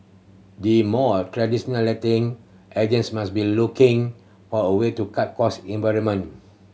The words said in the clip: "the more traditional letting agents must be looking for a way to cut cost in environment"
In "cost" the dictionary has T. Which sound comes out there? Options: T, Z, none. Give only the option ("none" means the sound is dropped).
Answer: none